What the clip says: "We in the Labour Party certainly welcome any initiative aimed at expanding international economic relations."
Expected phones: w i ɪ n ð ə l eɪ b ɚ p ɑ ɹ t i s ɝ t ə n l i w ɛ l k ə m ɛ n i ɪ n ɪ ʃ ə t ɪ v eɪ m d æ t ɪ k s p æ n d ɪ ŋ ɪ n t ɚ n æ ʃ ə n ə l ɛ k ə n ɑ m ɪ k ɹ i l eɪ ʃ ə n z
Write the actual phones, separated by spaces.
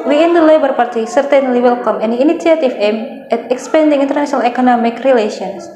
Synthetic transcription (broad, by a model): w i ɪ n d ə l eɪ b ɚ p ɑ ɹ t i s ɝ t ə n l i w ɛ l k ə m ɛ n i n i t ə t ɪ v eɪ m ɛ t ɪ k s p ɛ n d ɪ ŋ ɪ n t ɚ n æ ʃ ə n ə l ɛ k ə n ɑ m ɪ k ɹ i l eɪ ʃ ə n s